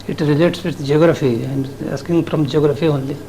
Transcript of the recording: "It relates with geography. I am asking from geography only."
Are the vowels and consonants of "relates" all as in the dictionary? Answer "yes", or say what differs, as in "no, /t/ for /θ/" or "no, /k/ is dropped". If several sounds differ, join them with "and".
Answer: yes